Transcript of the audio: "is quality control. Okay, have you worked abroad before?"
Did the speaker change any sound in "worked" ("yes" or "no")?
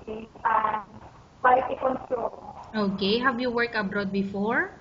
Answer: yes